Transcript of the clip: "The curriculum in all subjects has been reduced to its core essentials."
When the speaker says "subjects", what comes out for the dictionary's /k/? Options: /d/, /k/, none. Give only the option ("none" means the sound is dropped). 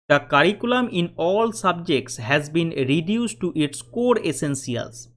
/k/